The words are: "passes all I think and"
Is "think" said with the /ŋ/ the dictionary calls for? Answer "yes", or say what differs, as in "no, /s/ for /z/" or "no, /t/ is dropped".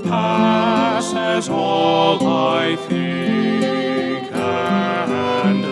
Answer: no, /ŋ/ is dropped